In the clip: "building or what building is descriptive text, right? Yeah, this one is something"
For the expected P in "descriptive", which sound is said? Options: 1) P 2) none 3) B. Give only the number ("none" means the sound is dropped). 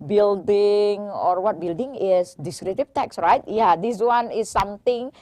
2